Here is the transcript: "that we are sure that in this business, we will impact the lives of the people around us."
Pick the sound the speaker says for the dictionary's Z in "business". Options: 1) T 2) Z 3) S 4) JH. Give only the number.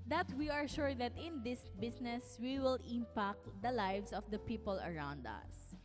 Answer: 3